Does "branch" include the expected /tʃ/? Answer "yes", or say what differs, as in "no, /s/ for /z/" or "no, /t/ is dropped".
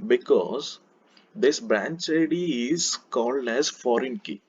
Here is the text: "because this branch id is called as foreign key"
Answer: yes